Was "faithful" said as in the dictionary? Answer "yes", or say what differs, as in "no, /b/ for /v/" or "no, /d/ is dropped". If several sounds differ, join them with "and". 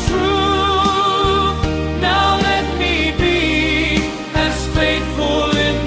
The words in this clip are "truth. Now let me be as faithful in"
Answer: no, /t/ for /θ/